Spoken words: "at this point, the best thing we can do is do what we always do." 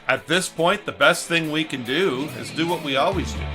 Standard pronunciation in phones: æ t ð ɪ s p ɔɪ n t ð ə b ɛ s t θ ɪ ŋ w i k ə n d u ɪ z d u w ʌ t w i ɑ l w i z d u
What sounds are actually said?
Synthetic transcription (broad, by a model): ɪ t ð ɪ s p ɔɪ n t ð ə b ɛ s t θ ɪ ŋ w i k ə n d u ɪ z d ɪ w ʌ t w i ɑ l w i z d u